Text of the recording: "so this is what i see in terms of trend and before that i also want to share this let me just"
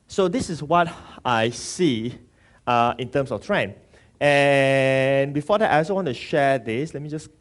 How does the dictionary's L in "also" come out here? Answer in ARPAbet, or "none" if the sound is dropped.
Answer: none